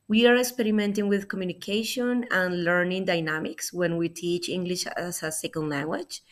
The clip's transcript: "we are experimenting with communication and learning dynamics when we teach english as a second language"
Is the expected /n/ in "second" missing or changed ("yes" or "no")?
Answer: yes